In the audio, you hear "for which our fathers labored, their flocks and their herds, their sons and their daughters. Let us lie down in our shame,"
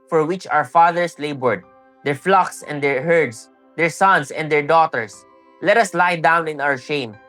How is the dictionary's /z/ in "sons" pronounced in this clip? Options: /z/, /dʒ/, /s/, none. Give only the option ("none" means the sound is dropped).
/s/